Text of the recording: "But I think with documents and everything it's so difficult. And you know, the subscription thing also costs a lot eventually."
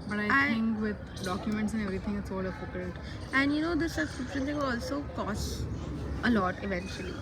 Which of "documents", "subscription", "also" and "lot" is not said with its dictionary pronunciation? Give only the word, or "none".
subscription